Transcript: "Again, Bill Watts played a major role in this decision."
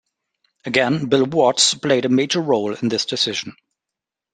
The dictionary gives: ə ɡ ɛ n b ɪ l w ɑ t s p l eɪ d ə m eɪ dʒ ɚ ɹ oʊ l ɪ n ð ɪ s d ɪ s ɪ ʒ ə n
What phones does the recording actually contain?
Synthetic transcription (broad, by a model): ə ɡ ɛ n b ɪ l w ɑ t s p l eɪ d ə m eɪ dʒ ɚ ɹ oʊ l ɪ n ð ɪ s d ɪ s ɪ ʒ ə n